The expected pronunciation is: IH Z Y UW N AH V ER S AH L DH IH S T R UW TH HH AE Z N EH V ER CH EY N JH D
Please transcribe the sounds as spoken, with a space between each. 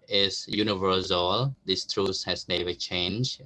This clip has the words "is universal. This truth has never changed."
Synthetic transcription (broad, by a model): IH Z Y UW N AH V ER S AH L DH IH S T R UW S HH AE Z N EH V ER CH EY N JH